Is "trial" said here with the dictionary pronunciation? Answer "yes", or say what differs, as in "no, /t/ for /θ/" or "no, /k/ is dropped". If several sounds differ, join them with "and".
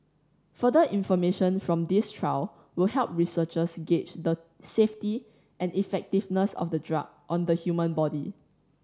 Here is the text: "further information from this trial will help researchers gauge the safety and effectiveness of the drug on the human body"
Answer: no, /w/ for /l/